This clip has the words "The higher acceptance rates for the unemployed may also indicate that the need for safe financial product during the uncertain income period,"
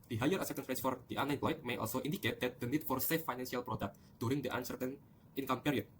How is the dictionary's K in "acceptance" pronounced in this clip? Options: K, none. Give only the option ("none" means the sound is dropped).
none